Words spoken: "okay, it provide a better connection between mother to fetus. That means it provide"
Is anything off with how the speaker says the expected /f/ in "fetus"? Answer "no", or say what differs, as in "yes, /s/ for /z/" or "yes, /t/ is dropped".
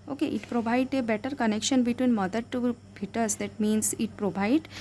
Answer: yes, /p/ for /f/